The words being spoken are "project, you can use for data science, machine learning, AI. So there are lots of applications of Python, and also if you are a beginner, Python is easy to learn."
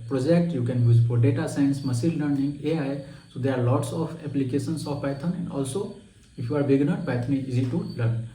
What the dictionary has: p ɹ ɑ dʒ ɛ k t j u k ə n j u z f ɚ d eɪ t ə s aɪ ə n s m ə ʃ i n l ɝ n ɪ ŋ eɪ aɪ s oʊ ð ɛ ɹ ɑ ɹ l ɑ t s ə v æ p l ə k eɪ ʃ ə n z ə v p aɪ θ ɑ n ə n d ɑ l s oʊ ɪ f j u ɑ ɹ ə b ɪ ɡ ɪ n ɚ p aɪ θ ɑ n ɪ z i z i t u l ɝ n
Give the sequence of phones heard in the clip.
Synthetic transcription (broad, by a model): p ɹ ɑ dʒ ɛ k t j u k ə n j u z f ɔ d eɪ t ə s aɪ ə n s m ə s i l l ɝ n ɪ ŋ eɪ aɪ s oʊ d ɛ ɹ ɑ ɹ l ɑ t s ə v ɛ p l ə k eɪ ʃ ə n s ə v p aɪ t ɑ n ə n d ɑ l s oʊ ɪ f j u ɑ ɹ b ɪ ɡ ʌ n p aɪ t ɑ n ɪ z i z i t u l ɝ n